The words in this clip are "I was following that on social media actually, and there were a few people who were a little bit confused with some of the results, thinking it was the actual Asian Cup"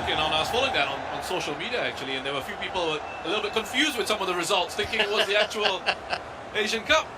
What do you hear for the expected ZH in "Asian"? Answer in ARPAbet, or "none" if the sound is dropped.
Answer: ZH